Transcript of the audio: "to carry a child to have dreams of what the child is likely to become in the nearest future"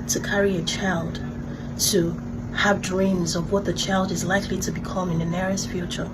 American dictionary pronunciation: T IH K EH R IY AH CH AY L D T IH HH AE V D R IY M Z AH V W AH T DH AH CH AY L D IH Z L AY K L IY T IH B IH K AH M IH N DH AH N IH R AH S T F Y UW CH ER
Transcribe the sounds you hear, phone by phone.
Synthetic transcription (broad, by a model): T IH K EH R IY AH CH AY L D T IH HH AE V D R IY M Z AH V W AH T DH AH CH AY L D IH Z L AY K L IY T IH B IH K AH M IH N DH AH N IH R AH S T F Y UW CH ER